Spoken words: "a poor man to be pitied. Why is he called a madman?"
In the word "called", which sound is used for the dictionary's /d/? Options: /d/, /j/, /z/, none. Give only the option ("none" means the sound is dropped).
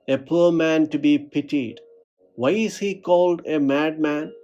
/d/